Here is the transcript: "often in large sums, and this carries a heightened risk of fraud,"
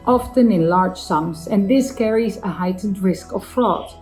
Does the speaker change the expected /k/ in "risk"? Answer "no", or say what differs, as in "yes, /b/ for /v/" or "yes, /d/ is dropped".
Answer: no